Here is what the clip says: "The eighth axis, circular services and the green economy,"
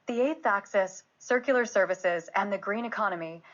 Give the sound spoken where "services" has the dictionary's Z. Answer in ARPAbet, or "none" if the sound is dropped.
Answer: Z